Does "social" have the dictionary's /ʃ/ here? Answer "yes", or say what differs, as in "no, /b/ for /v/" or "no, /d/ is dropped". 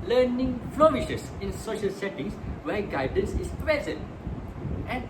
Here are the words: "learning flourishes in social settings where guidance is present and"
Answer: yes